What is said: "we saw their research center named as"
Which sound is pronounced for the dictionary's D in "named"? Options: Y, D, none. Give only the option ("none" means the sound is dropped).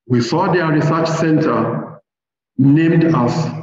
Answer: D